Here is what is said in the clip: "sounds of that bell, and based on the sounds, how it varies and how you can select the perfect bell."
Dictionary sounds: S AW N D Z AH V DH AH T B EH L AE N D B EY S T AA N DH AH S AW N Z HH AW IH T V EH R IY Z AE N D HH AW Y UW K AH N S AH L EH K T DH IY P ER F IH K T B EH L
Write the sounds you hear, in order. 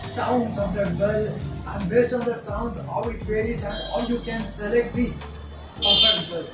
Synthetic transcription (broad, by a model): S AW N D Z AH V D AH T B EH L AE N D B EY S T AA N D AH S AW N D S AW IH T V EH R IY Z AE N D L Y UW K AH N S AH L EH K T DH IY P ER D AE T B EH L